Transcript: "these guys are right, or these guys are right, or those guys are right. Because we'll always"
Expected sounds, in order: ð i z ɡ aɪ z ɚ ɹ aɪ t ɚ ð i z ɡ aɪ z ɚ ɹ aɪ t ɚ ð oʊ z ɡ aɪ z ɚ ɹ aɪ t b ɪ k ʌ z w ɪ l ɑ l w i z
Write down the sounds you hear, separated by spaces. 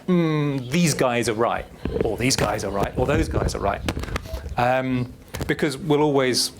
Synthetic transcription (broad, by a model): ð i z ɡ aɪ z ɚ ɹ aɪ t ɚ ð i z ɡ aɪ z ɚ ɹ aɪ t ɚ ð oʊ z ɡ aɪ z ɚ ɹ aɪ t b ɪ k ʌ z w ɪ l ɑ l w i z